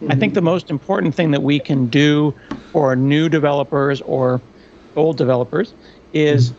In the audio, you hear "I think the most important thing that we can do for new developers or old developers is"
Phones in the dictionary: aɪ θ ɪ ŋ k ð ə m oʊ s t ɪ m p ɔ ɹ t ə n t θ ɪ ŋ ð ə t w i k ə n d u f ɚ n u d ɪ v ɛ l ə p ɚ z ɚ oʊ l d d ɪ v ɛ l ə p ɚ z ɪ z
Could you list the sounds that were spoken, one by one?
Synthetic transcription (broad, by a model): aɪ θ ɪ ŋ k ð ə m oʊ s t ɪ m p ɔ ɹ t n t θ ɪ ŋ ð ə t w i k ə n d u f ɚ n u d ɪ v ɛ l ə p ɚ z ɚ oʊ l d d ɪ v ɛ l ə p ɚ z ɪ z